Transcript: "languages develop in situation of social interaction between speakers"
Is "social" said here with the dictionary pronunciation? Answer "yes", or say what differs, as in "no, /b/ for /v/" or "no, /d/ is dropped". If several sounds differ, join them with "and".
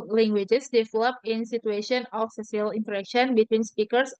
no, /s/ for /ʃ/